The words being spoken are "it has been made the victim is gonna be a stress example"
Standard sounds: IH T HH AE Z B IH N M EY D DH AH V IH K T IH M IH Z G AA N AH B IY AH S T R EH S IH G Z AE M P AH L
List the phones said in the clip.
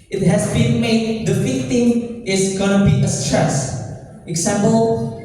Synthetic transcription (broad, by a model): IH T HH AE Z B IH N M EY D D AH F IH T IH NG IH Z G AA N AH B IY AH S T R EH S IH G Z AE M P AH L